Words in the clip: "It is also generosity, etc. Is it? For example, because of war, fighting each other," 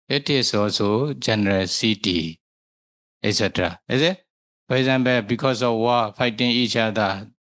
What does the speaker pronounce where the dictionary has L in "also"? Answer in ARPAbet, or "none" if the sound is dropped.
none